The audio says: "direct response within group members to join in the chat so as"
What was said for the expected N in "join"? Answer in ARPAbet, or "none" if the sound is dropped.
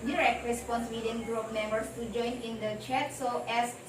N